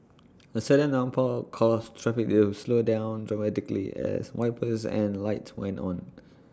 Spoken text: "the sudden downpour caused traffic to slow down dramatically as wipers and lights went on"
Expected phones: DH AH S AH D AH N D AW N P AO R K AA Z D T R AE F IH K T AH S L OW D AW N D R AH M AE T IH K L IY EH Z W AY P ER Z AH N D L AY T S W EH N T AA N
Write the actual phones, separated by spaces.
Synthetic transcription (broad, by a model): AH S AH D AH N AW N P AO L K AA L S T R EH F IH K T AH S L OW D AW N D R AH M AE T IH K L IY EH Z W AY P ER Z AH N L AY T S W EH N T AA N